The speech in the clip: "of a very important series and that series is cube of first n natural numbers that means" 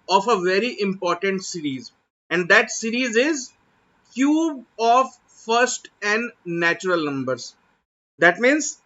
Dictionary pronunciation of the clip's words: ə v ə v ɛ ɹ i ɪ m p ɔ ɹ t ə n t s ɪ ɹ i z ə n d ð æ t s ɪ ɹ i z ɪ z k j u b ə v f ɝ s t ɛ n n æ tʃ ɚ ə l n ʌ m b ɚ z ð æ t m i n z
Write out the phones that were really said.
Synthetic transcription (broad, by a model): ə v ə v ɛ ɹ i ɪ m p ɔ ɹ t ə n t s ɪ ɹ i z ə n d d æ t s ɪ ɹ i z ɪ z k j u b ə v f ɝ s t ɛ n n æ tʃ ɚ ə l n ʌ m b ɚ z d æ t m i n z